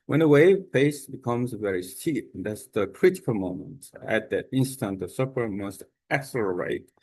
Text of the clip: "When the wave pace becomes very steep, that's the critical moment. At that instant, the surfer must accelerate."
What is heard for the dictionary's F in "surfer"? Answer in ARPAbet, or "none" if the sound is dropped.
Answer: P